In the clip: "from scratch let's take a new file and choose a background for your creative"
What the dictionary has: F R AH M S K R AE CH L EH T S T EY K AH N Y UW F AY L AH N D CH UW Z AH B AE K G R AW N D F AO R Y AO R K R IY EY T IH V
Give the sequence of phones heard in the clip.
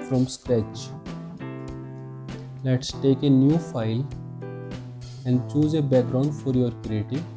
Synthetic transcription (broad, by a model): F R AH M S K R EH CH L EH T S T EY K AH N Y UW F AY L AH N D CH UW Z AH B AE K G R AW N D F AO R Y AO R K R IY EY T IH